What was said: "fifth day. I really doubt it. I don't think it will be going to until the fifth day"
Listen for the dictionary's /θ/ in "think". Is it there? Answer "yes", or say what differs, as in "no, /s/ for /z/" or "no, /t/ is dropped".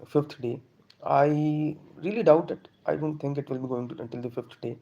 no, /t/ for /θ/